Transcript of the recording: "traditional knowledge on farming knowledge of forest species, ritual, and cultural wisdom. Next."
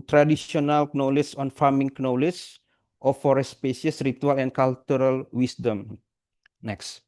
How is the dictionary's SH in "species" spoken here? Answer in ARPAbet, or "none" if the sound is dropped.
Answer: none